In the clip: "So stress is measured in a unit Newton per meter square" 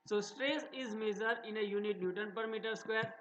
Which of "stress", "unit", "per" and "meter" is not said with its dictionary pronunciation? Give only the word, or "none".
none